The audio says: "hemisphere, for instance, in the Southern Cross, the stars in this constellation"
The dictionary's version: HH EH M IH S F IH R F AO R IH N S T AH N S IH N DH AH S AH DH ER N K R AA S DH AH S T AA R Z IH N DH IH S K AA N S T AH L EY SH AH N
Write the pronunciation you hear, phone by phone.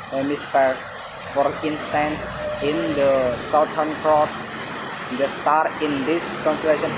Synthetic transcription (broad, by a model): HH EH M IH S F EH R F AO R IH N S T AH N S IH N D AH S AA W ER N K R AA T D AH S T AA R IH N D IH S K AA N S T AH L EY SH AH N